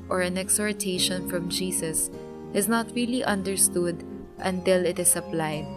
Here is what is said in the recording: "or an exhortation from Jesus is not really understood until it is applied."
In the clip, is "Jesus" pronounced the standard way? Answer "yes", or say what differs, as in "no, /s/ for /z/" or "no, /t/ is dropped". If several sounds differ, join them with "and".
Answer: no, /s/ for /z/